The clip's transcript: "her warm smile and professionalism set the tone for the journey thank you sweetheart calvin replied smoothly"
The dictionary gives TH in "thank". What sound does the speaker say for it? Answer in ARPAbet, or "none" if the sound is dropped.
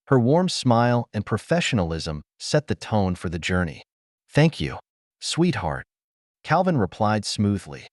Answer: TH